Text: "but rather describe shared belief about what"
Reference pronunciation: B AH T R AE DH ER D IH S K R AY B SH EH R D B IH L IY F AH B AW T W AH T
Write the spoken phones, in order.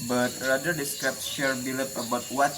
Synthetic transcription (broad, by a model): B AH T R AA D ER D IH S K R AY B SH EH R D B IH L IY P AH B AW T W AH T